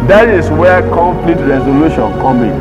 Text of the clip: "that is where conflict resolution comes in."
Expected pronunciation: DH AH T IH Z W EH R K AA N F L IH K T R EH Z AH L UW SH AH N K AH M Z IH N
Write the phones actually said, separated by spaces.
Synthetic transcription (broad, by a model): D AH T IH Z W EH K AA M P L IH T R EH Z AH L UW SH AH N K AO M IH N